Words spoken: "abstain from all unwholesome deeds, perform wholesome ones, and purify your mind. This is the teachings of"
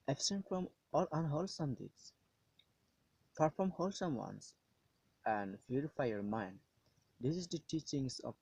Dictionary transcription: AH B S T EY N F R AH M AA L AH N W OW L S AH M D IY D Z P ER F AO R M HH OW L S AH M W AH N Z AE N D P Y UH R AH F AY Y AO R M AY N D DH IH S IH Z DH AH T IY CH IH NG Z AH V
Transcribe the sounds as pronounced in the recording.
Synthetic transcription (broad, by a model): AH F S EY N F R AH M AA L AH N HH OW L S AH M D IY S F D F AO M HH OW L S AH M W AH N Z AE N D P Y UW R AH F AY Y AO R M AY N D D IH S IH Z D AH T IY CH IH NG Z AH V